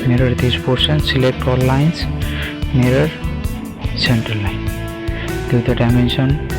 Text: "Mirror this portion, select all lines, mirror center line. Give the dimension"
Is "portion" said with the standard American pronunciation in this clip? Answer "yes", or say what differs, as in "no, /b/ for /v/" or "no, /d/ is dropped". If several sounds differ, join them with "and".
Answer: no, /s/ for /ʃ/